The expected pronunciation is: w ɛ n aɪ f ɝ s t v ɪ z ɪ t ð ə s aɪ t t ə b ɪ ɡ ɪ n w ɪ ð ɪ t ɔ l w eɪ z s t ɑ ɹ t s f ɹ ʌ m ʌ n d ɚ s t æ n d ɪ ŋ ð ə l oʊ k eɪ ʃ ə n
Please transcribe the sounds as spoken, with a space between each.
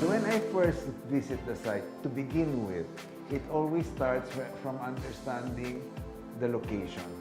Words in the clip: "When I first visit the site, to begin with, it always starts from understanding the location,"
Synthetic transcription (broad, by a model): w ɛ n aɪ f ɝ s t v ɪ s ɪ t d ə s aɪ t t ə b ɪ ɡ ɪ n w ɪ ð ɪ t ɔ l w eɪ s t ɑ ɹ t s f ɹ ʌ m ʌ n d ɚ s t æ n d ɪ ŋ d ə l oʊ k eɪ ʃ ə n